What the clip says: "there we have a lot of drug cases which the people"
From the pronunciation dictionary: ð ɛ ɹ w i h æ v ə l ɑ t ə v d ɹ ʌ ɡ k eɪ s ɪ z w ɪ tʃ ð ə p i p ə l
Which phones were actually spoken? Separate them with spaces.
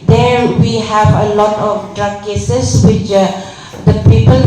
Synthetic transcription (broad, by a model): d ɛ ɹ w i h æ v ə l ɑ t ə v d ɹ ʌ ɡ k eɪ s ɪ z w ɪ tʃ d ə p i p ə l